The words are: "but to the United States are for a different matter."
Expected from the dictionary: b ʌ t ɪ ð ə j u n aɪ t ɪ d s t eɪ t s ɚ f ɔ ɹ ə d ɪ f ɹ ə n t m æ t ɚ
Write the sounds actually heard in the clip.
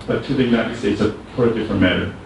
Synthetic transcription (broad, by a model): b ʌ t ɪ ð ə j u n aɪ t ɪ d s t eɪ t s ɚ p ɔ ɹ ə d ɪ f ɹ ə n m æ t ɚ